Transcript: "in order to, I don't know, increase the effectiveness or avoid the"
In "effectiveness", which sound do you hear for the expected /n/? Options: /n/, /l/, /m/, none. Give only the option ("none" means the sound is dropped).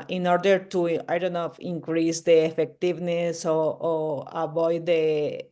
/n/